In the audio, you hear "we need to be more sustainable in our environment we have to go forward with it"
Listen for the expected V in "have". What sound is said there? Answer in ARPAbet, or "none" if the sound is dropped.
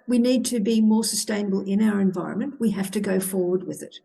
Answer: F